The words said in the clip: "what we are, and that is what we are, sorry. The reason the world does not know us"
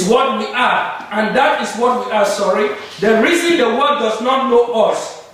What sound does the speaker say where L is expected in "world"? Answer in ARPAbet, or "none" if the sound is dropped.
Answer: none